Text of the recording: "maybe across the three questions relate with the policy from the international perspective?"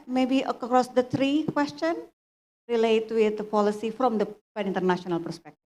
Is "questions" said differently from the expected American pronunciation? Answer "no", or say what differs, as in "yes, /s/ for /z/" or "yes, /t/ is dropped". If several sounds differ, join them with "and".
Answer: yes, /z/ is dropped